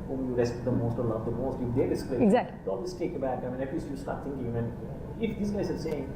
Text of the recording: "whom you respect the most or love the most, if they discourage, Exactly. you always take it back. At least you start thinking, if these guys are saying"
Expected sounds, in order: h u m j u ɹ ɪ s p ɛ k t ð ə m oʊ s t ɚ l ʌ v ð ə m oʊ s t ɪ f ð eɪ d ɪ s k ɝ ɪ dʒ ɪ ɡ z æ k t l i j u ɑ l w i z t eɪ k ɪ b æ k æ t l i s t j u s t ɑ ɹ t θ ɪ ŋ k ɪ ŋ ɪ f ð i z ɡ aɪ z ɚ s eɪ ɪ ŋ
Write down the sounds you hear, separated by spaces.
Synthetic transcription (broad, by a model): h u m j u ɹ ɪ s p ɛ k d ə m oʊ s t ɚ l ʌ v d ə m oʊ s t ɪ f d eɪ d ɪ s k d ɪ ɪ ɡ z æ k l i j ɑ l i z t eɪ k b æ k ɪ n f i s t j u s t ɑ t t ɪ ŋ k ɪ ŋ ɪ f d i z ɡ aɪ z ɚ s eɪ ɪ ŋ